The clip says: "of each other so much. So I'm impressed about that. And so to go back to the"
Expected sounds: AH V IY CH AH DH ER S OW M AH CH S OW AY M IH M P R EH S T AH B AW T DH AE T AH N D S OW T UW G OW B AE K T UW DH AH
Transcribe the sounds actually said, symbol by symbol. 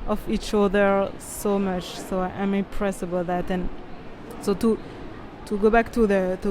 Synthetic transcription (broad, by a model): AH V IY CH AH DH ER S OW M AH CH S OW AY M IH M P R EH S AH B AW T DH AE T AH N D S OW T UW G OW B AE K T UW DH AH